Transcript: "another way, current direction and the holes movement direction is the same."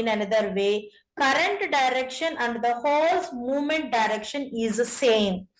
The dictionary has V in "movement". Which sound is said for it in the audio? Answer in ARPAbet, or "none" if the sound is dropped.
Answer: V